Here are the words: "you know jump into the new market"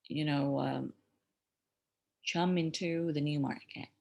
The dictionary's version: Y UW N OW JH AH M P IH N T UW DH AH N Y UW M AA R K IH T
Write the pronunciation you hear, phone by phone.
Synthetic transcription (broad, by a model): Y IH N OW CH AH M IH N T UW DH AH N Y UW M AA R K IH T